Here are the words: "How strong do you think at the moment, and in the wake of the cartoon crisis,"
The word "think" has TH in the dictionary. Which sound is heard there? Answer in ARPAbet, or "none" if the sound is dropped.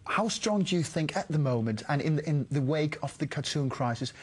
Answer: TH